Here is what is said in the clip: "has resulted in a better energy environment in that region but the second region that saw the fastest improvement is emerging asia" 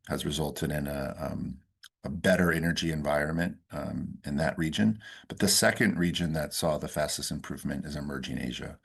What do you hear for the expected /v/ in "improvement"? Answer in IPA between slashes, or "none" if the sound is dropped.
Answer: /v/